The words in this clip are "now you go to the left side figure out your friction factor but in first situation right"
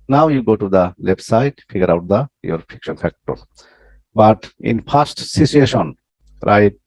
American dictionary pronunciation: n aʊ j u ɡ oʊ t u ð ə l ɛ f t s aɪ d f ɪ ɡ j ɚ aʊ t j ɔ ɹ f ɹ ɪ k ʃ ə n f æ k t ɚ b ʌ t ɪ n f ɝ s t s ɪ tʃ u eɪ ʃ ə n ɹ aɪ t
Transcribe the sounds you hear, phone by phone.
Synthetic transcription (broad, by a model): n aʊ j u ɡ oʊ t u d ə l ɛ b s aɪ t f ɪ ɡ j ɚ aʊ t j ɔ ɹ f ɪ k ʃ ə n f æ k t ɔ b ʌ t ɪ n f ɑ s t s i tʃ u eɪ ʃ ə n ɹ aɪ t